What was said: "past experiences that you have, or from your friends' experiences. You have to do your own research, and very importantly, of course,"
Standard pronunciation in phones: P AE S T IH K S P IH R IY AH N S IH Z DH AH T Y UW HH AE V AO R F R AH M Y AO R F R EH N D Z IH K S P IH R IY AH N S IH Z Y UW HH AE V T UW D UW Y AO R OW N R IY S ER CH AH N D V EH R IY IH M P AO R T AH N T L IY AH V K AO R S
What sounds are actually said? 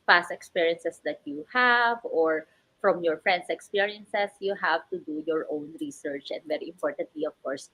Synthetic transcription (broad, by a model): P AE S T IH K S P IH R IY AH N S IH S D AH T Y UW HH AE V AO R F R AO M Y AO R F R EH N D S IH K S P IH R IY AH N S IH S Y UW HH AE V T UW D UW Y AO R OW N R IY S ER CH AH N D V EH R IY IH M P AO R T AH N T L IY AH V K AO R S